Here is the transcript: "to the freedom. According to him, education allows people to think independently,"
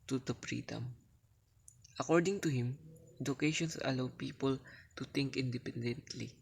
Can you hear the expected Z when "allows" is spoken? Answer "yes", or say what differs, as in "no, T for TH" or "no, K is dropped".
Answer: no, Z is dropped